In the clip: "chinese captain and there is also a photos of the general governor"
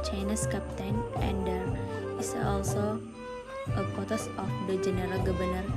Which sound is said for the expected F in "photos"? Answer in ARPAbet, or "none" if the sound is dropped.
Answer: P